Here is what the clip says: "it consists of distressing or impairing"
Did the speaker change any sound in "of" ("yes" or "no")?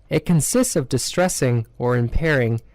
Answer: no